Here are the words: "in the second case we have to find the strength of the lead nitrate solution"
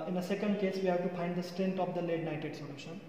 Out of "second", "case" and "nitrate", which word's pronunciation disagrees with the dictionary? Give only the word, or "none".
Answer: nitrate